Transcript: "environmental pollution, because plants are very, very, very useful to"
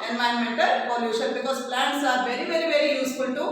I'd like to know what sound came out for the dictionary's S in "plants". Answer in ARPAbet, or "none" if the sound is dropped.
S